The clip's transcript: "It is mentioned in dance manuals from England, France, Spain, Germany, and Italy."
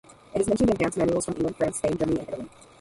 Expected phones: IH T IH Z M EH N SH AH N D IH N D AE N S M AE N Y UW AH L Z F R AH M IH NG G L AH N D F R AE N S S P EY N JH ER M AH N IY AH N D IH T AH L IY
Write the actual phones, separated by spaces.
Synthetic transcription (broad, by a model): IH T IH Z M EH N SH AH N D IH N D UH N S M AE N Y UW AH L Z F R AH M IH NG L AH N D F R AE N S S EY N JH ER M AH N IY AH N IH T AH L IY